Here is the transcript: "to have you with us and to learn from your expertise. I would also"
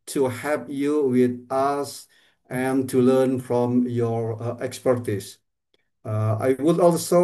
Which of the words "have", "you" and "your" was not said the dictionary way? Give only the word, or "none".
have